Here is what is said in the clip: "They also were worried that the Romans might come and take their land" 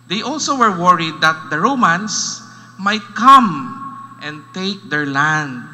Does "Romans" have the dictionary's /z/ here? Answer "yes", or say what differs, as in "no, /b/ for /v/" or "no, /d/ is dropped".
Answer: no, /s/ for /z/